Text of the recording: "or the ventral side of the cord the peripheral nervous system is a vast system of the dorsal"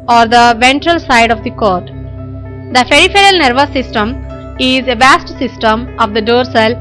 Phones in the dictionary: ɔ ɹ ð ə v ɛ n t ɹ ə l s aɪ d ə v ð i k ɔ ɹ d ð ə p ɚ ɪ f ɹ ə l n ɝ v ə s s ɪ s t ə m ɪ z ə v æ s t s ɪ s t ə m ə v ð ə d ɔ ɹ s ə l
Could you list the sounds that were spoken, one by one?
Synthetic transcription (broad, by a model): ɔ ɹ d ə v ɛ n t ɹ ə l s aɪ d ə v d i k ɔ ɹ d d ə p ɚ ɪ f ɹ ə l n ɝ v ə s s ɪ s t ə m ɪ z ə v æ s t s ɪ s t ə m ə v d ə d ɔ ɹ s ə l